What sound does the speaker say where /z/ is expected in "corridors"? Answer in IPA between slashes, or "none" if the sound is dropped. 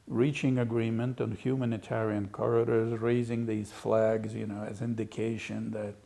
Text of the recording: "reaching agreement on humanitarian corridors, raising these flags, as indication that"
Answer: /z/